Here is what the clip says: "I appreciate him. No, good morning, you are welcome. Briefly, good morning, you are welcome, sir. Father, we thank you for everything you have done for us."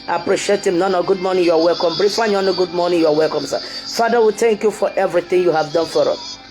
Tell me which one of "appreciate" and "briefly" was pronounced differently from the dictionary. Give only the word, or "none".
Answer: briefly